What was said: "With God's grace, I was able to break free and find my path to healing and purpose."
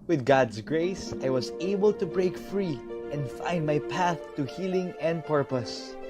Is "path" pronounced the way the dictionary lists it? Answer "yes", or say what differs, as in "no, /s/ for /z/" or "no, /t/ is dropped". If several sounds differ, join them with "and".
yes